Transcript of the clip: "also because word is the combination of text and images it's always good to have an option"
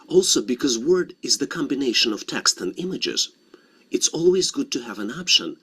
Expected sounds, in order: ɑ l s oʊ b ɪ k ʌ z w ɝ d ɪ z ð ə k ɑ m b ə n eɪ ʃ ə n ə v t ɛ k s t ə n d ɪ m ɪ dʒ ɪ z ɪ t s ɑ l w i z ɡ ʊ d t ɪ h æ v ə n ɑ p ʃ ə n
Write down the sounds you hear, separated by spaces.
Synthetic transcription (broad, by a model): ɑ l s oʊ b ɪ k ʌ z w ɝ d ɪ z ð ə k ɑ m b ə n eɪ ʃ ə n ə v t ɛ k s t ə n d ɪ m ɪ dʒ ɪ z ɪ t s ɑ l w i z ɡ ʊ d t ɪ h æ v ə n ɑ p ʃ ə n